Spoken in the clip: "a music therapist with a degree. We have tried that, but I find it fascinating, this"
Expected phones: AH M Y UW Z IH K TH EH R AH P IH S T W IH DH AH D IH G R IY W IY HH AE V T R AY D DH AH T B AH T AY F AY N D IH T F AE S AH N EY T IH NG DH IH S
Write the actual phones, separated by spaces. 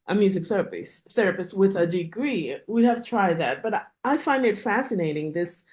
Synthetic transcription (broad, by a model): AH M Y UW Z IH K TH EH R AH P IH S T W IH DH AH D IH G R IY W IY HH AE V T R AY D DH AH T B AH T AY F AY N D IH T F AE S AH N EY T IH NG DH IH S